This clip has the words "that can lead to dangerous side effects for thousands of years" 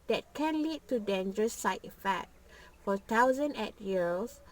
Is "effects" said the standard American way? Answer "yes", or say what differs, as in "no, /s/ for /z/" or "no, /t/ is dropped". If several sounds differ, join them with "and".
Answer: no, /s/ is dropped